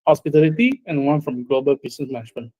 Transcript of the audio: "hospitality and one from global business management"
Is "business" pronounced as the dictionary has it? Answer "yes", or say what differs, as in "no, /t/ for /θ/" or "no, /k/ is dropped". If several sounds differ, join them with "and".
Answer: no, /s/ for /z/